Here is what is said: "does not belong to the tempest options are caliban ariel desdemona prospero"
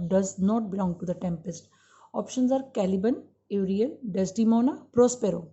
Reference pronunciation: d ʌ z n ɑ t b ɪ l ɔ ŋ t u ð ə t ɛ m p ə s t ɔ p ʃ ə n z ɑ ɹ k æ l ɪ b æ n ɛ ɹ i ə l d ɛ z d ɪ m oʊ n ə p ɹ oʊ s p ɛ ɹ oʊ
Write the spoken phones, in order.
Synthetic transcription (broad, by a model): d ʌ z n ɑ t b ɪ l ɔ ŋ t u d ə t ɛ m p ə s t ɔ p ʃ ə n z ɑ ɹ k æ l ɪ b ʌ n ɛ ɹ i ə n d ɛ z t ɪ m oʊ n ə p ɹ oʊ s p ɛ ɹ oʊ